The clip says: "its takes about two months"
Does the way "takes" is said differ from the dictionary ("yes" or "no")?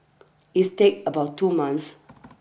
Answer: yes